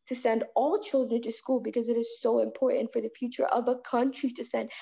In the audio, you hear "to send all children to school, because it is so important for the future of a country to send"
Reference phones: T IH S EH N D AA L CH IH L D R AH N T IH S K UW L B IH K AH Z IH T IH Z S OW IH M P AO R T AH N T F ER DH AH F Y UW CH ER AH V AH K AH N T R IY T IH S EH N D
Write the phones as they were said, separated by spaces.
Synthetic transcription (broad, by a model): T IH S EH N D AA L CH IH L D R AH N T IH S K UW L B IH K AH Z IH T IH Z S OW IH M P AO R T N T F ER DH AH F Y UW CH ER AH V AH K AH N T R IY T IH S EH N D